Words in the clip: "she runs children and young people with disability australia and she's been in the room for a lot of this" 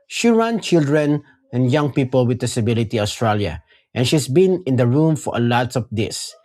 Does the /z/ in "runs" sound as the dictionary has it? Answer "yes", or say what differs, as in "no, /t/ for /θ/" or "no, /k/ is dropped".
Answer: no, /z/ is dropped